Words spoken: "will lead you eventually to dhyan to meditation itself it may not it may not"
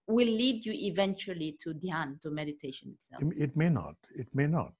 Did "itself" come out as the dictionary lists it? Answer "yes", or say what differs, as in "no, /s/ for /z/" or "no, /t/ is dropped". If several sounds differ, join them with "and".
no, /f/ is dropped